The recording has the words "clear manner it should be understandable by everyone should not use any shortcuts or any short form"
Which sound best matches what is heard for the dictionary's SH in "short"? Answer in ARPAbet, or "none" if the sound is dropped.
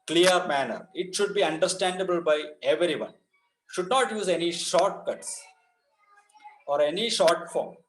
SH